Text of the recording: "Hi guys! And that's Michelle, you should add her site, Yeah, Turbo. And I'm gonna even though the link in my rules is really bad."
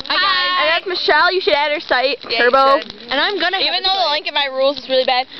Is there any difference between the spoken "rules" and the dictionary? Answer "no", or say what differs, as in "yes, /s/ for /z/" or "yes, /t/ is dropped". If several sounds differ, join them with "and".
no